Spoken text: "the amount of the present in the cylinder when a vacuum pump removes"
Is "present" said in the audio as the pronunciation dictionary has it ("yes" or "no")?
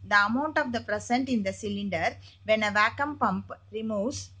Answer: no